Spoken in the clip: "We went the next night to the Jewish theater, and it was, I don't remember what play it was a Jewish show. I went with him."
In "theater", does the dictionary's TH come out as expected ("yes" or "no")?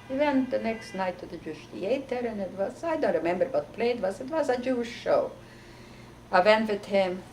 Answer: no